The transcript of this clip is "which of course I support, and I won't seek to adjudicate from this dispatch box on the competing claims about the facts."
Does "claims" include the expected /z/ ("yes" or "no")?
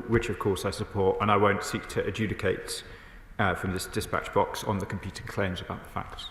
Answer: yes